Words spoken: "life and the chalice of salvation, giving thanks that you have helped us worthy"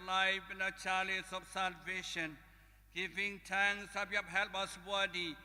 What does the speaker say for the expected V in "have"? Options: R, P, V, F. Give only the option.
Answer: P